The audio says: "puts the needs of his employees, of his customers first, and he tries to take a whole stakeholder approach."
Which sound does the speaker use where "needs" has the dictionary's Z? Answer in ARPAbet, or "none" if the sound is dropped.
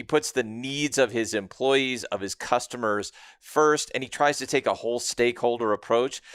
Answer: Z